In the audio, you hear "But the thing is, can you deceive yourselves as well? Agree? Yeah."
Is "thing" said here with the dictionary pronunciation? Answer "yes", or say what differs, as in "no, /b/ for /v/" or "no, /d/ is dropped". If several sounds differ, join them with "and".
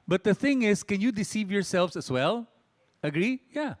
yes